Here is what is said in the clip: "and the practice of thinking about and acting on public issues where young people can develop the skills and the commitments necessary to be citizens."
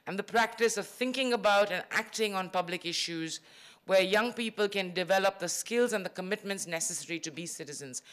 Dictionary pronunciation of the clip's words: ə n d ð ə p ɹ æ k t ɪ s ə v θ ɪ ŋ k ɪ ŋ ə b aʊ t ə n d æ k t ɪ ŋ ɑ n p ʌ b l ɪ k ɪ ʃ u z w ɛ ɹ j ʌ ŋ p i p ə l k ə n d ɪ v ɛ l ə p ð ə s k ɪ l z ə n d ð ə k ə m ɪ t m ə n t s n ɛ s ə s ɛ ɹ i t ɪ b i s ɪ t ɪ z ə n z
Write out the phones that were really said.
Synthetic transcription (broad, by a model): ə n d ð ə p ɹ æ k t ɪ s ə v θ ɪ ŋ k ɪ ŋ ə b aʊ t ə n æ k t ɪ ŋ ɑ n p ʌ b l ɪ k ɪ ʃ u z w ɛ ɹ j ʌ ŋ p i p ə l k ə n d ɪ v ɛ l ə p ð ə s k ɪ l z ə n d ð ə k ə m ɪ t m ə n t s n ɛ s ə s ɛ ɹ i t ɪ b i s ɪ t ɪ z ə n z